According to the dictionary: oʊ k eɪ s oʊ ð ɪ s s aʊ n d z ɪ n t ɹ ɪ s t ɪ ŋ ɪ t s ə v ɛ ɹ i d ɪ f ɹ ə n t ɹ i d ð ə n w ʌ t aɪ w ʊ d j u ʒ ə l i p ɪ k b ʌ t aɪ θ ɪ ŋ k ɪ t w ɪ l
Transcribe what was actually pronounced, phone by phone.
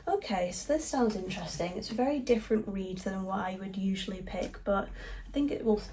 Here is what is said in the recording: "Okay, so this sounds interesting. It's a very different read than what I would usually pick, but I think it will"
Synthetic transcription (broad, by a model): oʊ k eɪ s oʊ ð ɪ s s aʊ n d z ɪ n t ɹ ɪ s t ɪ ŋ ɪ t s ə v ɛ ɹ i d ɪ f ɹ ə n t ɹ i d ð ə n w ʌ t aɪ w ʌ d j u ʒ ə l i p ɪ k b ʌ t aɪ θ ɪ ŋ k ɪ t w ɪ l